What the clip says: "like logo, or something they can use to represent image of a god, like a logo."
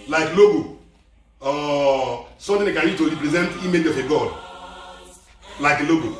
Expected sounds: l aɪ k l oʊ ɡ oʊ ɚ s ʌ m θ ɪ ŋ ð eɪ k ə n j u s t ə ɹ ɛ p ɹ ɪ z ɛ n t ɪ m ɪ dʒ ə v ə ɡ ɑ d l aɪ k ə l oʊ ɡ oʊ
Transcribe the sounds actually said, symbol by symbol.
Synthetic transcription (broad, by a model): l aɪ k l oʊ ɡ oʊ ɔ s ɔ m t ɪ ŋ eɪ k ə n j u t ə ɹ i p ɹ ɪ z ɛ n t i m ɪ dʒ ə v ə ɡ ɑ d l aɪ k ə l oʊ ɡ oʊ